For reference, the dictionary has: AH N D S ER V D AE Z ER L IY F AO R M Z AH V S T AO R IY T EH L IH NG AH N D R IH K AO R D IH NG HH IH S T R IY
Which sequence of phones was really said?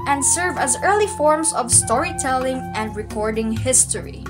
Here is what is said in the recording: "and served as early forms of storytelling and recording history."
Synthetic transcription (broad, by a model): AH N D S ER V AE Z ER L IY F AO R M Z AH V S T AO R IY T EH L IH NG AH N D R IH K AO R D IH NG HH IH S T R IY